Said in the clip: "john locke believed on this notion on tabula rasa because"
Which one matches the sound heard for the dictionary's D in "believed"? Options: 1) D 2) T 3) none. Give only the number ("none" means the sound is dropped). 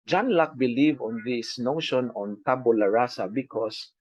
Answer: 3